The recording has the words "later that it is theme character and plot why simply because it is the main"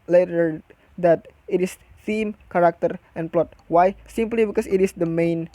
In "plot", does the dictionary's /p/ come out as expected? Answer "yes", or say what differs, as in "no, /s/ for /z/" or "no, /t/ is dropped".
yes